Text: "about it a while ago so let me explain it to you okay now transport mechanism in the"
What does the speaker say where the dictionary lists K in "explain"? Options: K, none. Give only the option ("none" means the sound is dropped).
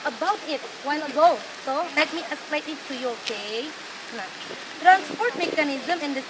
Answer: none